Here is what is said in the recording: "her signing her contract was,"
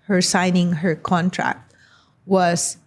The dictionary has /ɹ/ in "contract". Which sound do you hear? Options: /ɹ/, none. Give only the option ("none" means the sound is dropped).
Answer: /ɹ/